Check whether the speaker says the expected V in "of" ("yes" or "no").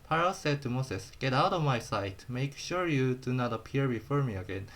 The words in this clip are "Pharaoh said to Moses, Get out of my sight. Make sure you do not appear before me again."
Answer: yes